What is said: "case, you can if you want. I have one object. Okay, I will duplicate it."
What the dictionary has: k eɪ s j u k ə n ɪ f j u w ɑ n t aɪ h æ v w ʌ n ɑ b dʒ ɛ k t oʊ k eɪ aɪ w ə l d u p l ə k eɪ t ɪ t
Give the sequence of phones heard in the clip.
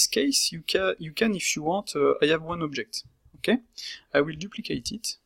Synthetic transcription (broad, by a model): k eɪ s j u k ə n ɪ f j u w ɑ t aɪ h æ v w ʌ n ɑ b dʒ ɛ k t oʊ k eɪ aɪ w ə l d u p l ə k eɪ t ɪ t